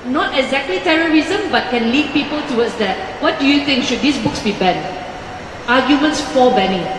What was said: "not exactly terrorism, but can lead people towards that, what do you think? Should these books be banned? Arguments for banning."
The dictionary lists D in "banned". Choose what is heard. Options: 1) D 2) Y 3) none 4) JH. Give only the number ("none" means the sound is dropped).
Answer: 3